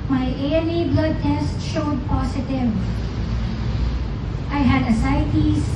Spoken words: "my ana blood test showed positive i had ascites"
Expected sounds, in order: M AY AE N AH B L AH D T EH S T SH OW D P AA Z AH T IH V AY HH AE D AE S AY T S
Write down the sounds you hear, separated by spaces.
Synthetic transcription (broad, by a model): M AY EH L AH B L AH D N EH S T SH OW D P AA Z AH T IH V AY HH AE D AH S AY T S